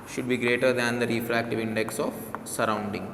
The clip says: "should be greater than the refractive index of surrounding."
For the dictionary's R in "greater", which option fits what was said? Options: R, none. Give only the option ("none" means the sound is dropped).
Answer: R